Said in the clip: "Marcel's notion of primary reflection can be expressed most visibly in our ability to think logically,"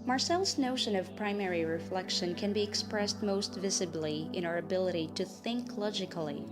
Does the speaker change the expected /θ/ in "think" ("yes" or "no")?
no